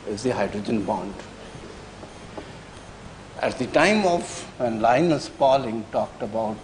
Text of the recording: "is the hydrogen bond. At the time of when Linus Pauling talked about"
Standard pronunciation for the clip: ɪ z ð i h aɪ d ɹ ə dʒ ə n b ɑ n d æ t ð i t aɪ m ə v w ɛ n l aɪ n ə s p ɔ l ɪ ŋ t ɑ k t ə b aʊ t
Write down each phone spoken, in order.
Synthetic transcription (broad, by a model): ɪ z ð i h aɪ d ɹ ə dʒ ə n b ɑ n d æ t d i t aɪ m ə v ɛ n l aɪ n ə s p ɔ l ɪ ŋ t ɑ k t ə b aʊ t